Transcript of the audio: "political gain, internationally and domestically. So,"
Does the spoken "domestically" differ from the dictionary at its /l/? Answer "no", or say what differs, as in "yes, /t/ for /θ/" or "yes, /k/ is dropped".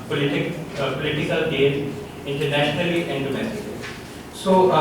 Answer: yes, /l/ is dropped